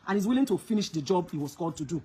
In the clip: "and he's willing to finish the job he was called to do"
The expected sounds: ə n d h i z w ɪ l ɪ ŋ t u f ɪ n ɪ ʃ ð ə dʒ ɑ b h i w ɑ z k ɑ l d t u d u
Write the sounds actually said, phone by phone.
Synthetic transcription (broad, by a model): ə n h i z w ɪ l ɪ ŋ t u f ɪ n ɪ ʃ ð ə dʒ ɑ b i w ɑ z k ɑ d t u d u